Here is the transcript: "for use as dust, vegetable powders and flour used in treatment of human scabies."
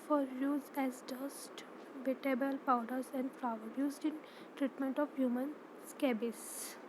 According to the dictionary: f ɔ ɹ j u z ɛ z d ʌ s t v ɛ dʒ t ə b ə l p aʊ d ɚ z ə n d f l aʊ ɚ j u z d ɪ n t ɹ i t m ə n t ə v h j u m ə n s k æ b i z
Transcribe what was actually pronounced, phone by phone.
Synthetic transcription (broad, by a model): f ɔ ɹ j u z ɛ z d ʌ s t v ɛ t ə b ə l p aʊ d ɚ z ə n d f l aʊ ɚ j u z d ɪ n t ɹ i t m ə n t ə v h j u m ə n s k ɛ b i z